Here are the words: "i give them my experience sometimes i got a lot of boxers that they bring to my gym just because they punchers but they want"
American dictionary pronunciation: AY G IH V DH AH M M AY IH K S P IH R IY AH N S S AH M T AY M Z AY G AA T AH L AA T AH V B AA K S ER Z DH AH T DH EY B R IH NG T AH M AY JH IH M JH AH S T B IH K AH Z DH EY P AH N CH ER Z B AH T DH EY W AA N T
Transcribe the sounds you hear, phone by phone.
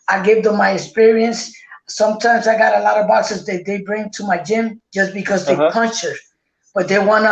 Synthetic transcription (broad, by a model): AY G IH V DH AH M M AY IH K S P IH R IY AH N S S AH M T AY M Z AY G AA T AH L AA T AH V B AA K S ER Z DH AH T DH EY B R IH NG T AH M AY JH IH M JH AH S B IH K AH Z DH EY P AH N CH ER B AH T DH EY W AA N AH